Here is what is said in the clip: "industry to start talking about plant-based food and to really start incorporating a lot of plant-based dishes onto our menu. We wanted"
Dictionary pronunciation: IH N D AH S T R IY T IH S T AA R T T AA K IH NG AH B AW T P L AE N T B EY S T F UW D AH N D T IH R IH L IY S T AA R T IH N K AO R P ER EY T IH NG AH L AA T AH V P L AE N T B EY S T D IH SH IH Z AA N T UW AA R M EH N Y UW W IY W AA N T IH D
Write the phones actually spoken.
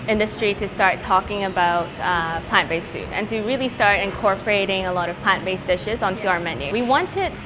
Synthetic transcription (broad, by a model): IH N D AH S T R IY T IH S T AA R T T AA K IH NG AH B AW T P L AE N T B EY S F UW D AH N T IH R IH L IY S T AA R T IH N K AO R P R EY T IH NG AH L AA T AH V P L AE N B EY S D IH SH IH Z N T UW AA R M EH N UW W IY W AA N T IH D